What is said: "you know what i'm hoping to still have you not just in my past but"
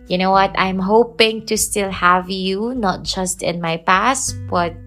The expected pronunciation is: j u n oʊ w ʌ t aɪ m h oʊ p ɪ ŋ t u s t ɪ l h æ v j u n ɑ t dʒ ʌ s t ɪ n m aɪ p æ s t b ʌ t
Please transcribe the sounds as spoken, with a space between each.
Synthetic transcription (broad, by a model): j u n oʊ w ʌ t aɪ m h oʊ p ɪ ŋ t u s t ɪ l h æ v j u n ɑ t dʒ ʌ s t ɪ n m aɪ p æ s t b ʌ t